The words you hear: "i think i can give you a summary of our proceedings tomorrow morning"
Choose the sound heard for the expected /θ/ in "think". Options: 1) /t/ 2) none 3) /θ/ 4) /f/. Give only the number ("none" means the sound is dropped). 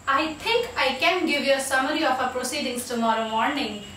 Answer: 1